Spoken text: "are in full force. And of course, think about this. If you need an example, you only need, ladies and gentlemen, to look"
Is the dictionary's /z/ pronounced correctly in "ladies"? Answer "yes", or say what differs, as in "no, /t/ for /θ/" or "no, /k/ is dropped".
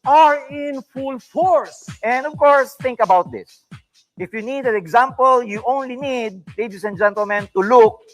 no, /s/ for /z/